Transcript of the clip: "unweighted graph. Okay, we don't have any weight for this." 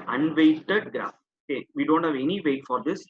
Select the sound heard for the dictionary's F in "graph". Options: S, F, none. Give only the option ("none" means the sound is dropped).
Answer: none